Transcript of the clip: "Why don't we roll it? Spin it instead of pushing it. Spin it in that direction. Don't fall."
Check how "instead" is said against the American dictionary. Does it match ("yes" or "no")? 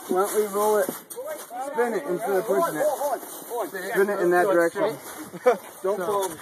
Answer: no